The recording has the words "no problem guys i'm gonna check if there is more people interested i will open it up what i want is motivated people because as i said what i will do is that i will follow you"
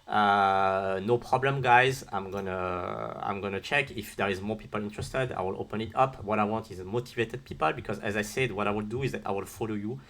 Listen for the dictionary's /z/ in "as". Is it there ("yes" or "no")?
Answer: yes